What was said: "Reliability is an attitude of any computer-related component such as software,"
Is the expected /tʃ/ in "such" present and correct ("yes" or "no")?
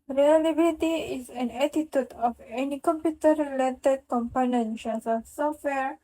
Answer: no